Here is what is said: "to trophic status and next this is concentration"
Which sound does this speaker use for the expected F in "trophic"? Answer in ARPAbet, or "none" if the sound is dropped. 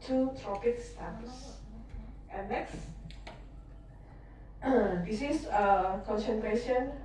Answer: P